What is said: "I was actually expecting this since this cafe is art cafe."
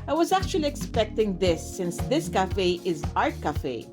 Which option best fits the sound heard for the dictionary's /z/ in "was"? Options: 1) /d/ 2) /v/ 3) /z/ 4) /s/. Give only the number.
3